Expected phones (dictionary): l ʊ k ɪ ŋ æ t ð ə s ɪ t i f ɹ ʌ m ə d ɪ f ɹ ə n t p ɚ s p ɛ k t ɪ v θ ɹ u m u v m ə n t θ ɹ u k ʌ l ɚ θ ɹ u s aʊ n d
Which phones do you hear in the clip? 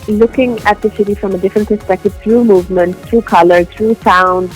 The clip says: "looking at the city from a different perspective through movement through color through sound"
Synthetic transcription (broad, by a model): l ʊ k ɪ ŋ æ t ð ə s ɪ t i f ɹ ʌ m ə d ɪ f ɹ ə n t p ɚ s p ɛ k t ɪ v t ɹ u m u v m ə n t t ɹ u k ʌ l ɚ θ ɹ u s aʊ n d